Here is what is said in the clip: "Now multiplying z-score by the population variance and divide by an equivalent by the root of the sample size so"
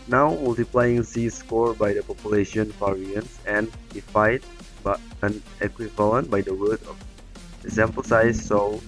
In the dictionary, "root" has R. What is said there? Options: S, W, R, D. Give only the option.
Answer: W